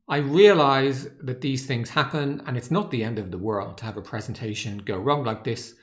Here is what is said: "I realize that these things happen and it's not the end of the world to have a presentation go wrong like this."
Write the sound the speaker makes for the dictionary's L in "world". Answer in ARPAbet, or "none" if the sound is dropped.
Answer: L